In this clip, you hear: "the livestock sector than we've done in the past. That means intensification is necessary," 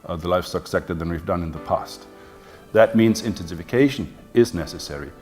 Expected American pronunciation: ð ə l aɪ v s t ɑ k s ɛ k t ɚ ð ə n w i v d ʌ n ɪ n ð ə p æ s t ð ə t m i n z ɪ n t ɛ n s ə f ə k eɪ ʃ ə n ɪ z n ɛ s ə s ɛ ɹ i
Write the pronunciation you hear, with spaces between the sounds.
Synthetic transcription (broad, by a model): ð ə l aɪ f s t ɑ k s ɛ k t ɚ ð ə n w i v d ʌ n ɪ n ð ə p æ s t ð ə t m i n z ɪ n t ɛ n s ə f ə k eɪ ʃ ə n ɪ z n ɛ s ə s ɛ ɹ i